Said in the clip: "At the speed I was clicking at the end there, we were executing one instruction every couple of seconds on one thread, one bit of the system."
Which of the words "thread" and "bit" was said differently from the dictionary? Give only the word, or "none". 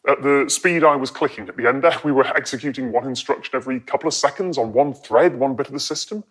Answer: none